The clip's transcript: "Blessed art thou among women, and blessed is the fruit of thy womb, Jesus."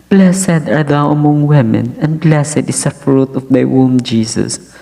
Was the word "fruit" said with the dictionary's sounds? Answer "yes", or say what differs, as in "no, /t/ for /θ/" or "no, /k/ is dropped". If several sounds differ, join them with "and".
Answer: yes